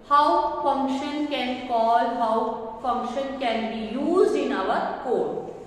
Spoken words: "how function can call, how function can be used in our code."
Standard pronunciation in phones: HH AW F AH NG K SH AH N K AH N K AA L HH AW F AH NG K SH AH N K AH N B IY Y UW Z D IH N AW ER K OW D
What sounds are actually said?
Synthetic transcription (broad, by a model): HH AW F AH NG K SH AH N K AH N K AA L HH AW F AH NG K SH AH N K AH N B IY Y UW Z IH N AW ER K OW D